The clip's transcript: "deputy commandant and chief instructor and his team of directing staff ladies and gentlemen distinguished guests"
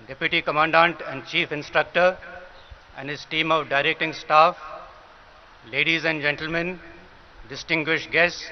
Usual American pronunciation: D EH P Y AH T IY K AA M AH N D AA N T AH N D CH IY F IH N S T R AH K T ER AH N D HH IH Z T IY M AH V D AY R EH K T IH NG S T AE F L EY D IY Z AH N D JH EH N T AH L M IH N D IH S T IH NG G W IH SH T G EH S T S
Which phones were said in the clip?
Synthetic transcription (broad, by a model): D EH P Y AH T IY K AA M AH N D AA N T AH N D CH IY F IH N S T R AH K T ER AH N D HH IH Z T IY M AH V D AY R EH K T IH NG S T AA F L EY D IY Z AH N D JH EH N T AH L M IH N D IH S T IH NG G W IH SH T G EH S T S